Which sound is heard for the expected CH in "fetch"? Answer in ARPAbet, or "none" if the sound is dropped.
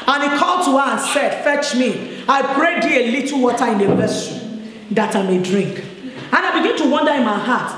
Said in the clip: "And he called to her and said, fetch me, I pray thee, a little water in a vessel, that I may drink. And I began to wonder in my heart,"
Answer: CH